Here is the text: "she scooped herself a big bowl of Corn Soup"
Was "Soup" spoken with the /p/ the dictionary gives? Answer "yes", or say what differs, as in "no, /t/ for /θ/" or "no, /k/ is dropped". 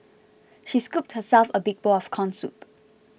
yes